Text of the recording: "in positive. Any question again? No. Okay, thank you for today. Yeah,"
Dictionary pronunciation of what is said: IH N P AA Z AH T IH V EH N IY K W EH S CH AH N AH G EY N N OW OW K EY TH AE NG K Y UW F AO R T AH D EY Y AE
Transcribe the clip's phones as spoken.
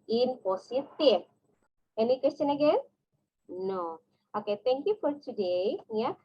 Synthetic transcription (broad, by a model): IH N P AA S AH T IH P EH N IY K W EH S CH AH N AH G EY N N OW OW K EY T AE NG K Y UW F AO R T AH D EY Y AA